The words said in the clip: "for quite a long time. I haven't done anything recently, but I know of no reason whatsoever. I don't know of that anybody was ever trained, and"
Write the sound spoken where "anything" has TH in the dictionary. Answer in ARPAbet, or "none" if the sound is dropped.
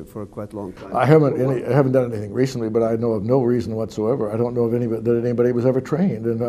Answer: TH